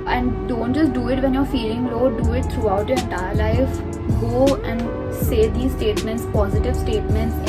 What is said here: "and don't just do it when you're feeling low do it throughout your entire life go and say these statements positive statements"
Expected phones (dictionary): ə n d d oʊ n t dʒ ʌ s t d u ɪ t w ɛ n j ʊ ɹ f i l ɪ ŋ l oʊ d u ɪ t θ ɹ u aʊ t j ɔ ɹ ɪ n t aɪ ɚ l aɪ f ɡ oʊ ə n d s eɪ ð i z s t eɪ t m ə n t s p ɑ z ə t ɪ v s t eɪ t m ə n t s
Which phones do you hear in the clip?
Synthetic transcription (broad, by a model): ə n d d oʊ n t dʒ ʌ s t d u ɪ t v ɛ n j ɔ ɹ f i l ɪ ŋ l oʊ d u ɪ t t ɹ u aʊ t j ɔ ɹ ɪ n t aɪ ɚ l aɪ f ɡ oʊ ə n d s eɪ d i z s t eɪ t m ə n t s p ɑ z ə t ɪ v s t eɪ t m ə n t s